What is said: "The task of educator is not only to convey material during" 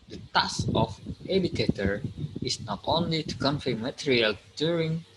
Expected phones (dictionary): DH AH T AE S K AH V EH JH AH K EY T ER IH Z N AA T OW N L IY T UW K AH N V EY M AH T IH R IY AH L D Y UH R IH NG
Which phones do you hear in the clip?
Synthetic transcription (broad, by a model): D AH T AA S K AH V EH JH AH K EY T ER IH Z N AA T OW N L IY T UW K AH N F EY M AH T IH R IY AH L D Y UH R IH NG